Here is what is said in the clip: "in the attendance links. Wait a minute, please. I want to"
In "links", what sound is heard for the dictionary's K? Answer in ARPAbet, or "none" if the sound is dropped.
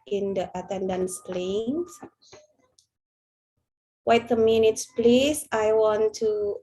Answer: none